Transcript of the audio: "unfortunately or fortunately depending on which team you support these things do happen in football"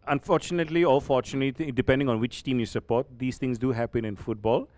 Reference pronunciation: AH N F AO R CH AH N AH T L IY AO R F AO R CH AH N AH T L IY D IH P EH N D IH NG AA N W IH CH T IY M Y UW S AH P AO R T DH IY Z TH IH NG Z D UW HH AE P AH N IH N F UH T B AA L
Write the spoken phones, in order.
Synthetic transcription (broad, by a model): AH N F AO R CH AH N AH T L IY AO L F AO R CH AH N AH T L IY D IH P EH N D IH NG AA N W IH CH T IY M Y UW S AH P AO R T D IY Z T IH NG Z D UW HH AE P AH N IH N F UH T B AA L